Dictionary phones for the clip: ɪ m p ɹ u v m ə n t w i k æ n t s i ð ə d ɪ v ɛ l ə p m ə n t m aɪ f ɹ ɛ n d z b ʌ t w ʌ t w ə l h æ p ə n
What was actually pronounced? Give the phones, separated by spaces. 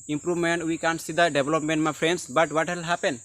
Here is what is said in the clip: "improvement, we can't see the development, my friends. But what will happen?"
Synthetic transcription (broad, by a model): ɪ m p ɹ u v m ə n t w i k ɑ n s i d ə d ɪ b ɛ l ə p m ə n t m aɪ p ɹ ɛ n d s b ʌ t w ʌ t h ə l h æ p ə n